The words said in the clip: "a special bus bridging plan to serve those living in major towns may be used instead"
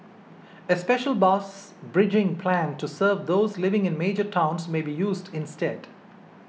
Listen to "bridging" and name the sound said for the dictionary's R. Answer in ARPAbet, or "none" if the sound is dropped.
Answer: R